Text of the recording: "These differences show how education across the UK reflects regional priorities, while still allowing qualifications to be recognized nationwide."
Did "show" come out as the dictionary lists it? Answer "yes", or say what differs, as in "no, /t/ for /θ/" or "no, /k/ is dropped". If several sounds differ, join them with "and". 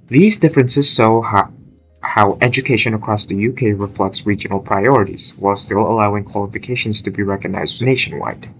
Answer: no, /s/ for /ʃ/